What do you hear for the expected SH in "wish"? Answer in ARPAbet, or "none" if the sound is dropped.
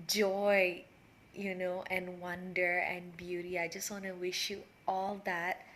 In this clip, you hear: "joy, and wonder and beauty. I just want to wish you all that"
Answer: SH